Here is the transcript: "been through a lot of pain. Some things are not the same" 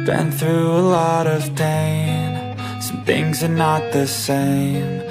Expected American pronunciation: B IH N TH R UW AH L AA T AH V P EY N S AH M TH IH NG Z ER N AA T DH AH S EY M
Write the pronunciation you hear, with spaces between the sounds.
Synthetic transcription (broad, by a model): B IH N TH R UW AH L AA T AH V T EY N S AH M TH IH NG Z ER N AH T DH AH S EY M